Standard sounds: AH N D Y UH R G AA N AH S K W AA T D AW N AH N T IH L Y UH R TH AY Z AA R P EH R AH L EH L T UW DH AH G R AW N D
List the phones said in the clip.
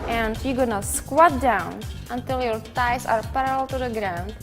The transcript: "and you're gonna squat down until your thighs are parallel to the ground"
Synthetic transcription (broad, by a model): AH N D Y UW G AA N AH S K W AA T D AW N AH N T IH L Y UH R T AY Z AA R P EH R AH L L T UW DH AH G R AW N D